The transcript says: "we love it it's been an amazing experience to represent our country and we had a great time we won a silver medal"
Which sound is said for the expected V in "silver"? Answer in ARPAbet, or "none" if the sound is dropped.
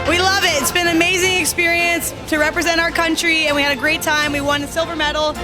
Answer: V